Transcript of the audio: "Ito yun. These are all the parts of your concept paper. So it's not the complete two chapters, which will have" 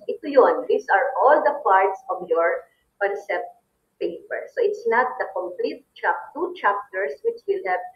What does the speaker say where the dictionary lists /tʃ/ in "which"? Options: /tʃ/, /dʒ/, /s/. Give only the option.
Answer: /tʃ/